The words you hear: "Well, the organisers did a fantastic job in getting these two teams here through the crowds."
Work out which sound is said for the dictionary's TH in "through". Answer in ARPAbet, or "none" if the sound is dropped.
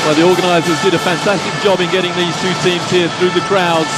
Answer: TH